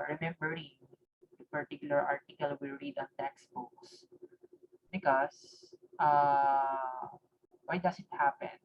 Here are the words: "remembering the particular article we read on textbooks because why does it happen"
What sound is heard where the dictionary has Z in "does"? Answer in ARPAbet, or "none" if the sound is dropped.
S